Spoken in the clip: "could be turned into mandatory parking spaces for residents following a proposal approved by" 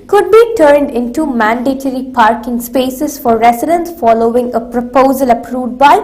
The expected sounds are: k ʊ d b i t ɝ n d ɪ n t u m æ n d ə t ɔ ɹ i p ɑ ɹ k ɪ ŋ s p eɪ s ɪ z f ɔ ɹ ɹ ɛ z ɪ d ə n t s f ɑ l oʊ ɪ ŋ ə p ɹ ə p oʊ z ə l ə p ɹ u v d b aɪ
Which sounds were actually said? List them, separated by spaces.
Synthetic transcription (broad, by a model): k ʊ d b i t ɝ n d ɪ n t u m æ n d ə t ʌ ɹ i p ɑ ɹ k ɪ ŋ s p eɪ s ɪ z f ɔ ɹ ɹ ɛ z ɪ d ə n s f ɑ l oʊ ɪ ŋ ə p ɹ ə p oʊ z ə l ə p ɹ u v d b aɪ